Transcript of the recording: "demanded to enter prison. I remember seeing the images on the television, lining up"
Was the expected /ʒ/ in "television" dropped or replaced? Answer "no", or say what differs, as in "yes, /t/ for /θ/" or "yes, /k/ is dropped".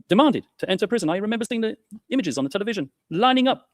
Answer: no